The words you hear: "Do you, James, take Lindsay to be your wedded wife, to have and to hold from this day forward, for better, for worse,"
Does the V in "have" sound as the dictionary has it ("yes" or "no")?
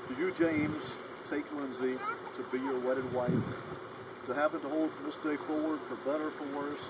no